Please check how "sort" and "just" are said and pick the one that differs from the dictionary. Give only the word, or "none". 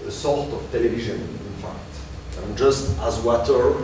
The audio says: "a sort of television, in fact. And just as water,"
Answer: sort